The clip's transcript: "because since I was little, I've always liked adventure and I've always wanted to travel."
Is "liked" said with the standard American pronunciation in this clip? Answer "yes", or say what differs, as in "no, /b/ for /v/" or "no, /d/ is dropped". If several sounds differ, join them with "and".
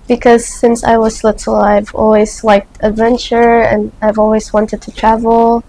yes